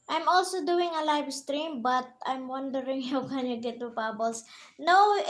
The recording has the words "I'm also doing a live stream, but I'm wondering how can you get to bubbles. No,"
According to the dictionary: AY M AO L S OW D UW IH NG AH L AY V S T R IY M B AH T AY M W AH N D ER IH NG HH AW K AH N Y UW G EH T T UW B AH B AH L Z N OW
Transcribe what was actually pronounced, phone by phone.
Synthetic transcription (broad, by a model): AY M AO L S OW D UW IH NG AH L AY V S T R IY M B AH T AY M W AH N D ER IH NG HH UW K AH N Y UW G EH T T UW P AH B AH L S N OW